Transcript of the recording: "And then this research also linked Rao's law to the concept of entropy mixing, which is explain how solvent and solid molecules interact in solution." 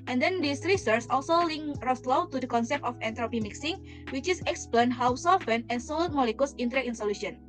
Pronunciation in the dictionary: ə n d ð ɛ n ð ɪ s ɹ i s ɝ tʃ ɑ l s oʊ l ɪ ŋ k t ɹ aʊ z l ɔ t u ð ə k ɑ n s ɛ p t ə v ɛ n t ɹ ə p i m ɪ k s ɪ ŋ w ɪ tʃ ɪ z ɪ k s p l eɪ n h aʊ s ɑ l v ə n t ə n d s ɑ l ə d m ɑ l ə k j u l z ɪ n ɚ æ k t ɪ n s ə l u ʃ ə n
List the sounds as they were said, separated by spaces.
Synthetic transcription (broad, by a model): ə n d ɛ n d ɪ s ɹ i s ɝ s ɑ l s oʊ l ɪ ŋ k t ɹ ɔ s l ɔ t u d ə k ɑ n s ɛ p t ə f ɛ n t ɹ ə p i m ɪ k s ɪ ŋ w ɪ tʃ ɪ s ɪ k s p l eɪ n h aʊ s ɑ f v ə n ə n s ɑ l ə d m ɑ l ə k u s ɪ n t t ɪ n s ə l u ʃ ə n